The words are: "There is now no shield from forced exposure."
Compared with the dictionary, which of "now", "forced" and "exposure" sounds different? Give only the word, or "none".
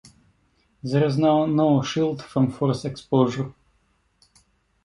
forced